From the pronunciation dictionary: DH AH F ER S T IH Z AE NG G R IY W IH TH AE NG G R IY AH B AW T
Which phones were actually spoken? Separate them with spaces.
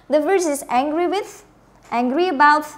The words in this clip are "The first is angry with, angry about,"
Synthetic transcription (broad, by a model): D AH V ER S IH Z AE NG G R IY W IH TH AE NG G R IY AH B AW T